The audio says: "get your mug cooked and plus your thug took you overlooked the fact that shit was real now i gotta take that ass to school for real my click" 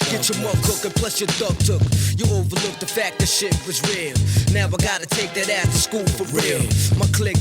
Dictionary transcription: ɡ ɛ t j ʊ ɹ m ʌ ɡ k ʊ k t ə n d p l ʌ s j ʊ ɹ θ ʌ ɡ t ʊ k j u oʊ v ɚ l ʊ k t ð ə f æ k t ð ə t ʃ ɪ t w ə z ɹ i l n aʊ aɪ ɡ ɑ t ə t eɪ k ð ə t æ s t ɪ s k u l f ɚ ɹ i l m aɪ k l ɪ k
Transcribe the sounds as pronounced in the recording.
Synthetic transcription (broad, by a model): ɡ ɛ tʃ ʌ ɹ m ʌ k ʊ k ə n p l ʌ s j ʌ ɹ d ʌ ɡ t ʊ k j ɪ oʊ v ɚ l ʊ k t ð ə f æ k t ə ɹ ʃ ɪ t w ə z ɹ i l n aʊ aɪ ɡ ɑ t ə t eɪ k ð ə t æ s t ɪ s k u l f ɚ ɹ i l m aɪ k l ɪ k